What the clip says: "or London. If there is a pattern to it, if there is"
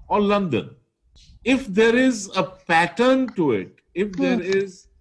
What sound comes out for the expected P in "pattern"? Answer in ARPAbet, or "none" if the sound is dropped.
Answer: P